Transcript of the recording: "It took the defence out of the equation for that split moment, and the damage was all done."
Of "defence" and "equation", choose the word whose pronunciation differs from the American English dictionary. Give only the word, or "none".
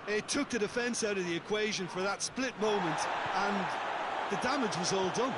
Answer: none